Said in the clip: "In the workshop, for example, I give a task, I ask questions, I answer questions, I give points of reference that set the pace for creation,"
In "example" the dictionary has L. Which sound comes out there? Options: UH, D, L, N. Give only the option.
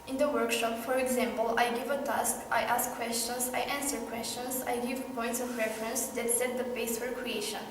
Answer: L